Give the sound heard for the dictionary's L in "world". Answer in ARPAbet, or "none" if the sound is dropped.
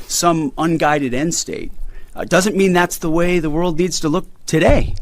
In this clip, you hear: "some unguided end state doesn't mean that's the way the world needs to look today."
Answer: L